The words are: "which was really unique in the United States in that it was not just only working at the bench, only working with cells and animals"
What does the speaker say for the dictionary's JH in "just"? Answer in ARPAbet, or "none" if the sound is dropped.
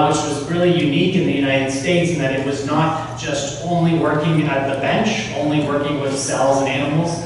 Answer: ZH